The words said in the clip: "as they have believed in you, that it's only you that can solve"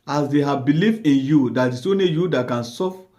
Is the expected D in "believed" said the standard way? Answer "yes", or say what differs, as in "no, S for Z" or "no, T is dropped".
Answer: no, D is dropped